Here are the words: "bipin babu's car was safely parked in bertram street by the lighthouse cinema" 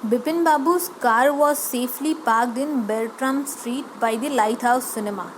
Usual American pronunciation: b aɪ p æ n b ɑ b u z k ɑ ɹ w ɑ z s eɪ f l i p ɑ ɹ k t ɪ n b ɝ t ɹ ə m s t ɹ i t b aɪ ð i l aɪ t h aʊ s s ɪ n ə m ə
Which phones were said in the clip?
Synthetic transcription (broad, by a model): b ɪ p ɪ n b ɑ b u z k ɑ ɹ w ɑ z s eɪ f l i p ɑ ɹ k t ɪ n b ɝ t ɹ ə m s t ɹ i t b aɪ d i l aɪ t h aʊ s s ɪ n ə m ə